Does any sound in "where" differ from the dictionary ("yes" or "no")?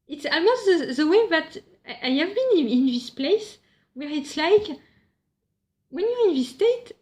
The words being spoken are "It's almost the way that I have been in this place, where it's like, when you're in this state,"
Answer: no